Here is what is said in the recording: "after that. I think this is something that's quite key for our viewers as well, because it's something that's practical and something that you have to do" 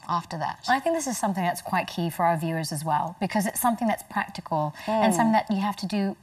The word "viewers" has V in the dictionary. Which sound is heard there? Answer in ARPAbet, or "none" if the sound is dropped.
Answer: V